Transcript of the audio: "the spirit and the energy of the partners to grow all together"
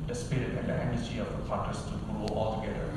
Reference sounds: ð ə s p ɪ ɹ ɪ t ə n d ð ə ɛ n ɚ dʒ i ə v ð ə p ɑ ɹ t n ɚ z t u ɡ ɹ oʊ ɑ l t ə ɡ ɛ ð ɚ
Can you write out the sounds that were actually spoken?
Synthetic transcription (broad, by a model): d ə s p ɪ ɹ ɪ t ə n d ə ɛ n ɚ dʒ i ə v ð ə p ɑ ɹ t ɚ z t u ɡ ɹ oʊ ɑ l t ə ɡ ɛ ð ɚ